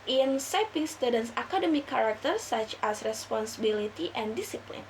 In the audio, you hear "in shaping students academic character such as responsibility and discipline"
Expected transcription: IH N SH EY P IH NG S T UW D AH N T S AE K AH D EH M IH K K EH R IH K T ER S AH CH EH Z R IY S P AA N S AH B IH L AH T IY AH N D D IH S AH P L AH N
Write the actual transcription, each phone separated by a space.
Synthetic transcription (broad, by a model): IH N S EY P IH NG S T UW D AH N S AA K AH D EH M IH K K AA R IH K T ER S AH CH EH S R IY S P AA N S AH B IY L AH T IY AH N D D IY S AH P L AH N